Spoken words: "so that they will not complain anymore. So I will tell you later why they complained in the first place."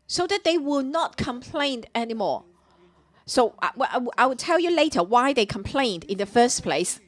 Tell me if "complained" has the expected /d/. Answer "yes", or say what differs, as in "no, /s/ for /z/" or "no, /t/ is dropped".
yes